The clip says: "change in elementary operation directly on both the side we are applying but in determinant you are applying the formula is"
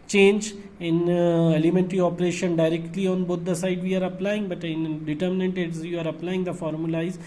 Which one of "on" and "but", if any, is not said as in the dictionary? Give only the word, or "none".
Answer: none